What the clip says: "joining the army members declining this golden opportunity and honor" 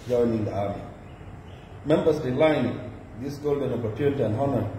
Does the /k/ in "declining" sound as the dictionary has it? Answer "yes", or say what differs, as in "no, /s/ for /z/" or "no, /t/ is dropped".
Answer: no, /k/ is dropped